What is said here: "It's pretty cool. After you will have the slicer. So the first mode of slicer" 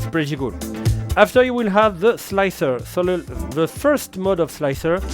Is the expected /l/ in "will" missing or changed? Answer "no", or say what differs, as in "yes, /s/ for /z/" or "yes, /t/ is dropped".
no